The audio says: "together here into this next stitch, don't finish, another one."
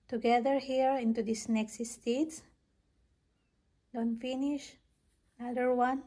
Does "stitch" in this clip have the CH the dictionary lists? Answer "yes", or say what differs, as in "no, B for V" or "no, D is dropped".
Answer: no, S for CH